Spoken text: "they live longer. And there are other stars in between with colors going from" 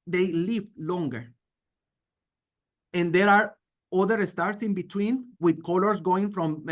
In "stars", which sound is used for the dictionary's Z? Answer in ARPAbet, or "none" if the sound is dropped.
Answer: S